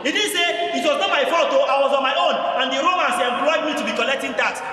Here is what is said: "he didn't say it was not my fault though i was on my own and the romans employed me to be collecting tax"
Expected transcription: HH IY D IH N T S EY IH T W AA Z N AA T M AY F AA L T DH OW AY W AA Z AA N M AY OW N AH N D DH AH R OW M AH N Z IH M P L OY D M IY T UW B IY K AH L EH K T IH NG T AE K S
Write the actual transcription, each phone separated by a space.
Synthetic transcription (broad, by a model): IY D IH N S EY IH T W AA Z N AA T M AY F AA T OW AY W AA Z AA N M AY OW N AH N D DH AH R OW M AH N S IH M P W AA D M IY T UW B IY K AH L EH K T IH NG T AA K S